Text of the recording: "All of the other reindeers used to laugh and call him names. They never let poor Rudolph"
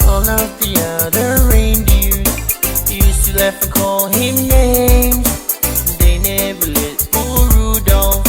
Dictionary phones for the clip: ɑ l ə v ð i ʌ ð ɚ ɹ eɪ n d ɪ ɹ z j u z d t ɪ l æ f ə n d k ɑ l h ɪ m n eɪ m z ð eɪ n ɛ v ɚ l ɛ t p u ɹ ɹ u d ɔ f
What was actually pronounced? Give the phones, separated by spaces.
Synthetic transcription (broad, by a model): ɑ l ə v ð i ʌ ð ɚ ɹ eɪ n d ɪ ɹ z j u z t ɪ l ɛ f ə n k ɑ l h ɪ m n eɪ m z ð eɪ n ɛ v ɚ l ɛ t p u l ɹ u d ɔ